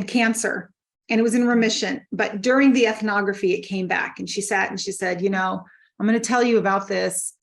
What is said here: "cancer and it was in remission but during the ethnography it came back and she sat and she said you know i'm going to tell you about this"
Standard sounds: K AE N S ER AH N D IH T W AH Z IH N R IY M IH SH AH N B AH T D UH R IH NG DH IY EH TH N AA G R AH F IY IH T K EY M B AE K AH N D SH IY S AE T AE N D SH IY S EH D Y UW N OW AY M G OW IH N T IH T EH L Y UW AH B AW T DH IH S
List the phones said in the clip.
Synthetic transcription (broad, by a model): K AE N S ER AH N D IH T W AH Z IH N R IY M IH SH AH N B AH T D UH R IH NG DH IY EH TH N AA G R AH F IY IH T K EY M B AE K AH N SH IY S AE T N SH IY S EH D Y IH N OW AY M G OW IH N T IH T EH L Y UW AH B AW T DH IH S